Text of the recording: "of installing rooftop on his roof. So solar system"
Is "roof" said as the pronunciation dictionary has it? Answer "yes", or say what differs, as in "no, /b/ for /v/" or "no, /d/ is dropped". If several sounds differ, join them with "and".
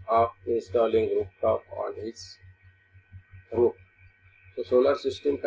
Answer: no, /p/ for /f/